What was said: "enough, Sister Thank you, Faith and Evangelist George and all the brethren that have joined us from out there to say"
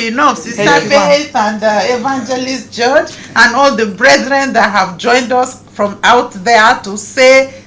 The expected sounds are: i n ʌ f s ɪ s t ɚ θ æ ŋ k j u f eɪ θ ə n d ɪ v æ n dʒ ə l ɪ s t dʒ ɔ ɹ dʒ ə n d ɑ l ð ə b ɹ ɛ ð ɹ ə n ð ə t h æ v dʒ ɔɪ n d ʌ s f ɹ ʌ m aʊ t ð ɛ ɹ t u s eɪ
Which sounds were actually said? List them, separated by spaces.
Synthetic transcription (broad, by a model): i n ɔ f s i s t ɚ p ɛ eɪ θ ə n d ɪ v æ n dʒ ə l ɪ s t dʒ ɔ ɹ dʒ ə n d ɑ l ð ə b ɹ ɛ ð ɹ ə n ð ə t h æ v dʒ ɔɪ n d ʌ s f ɹ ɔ m aʊ t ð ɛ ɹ t u s eɪ